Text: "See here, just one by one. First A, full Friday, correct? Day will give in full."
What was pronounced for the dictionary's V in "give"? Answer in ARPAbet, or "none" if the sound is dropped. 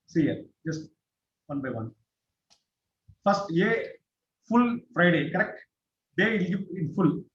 none